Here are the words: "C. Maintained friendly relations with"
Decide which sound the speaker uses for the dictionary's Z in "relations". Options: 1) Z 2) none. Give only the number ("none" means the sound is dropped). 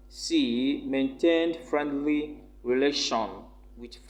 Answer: 2